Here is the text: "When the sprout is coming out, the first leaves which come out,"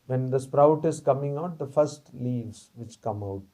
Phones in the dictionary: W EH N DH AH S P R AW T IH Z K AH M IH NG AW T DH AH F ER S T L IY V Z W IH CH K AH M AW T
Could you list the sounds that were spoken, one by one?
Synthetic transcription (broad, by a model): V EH N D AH S P R AW T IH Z K AH M IH NG AW T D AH F ER S T L IY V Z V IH CH K AH M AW T